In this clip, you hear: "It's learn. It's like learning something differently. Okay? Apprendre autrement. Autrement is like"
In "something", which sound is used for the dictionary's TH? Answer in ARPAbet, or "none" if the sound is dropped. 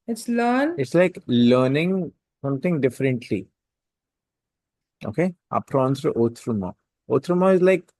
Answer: T